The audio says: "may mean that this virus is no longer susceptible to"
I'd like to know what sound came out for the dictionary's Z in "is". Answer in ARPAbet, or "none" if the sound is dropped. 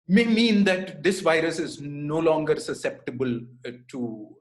Z